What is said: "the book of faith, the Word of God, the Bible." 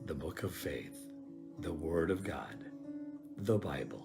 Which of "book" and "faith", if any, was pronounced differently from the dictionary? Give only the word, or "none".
none